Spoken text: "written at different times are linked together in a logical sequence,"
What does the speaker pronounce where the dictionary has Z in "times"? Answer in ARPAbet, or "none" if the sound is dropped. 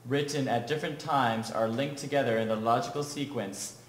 Z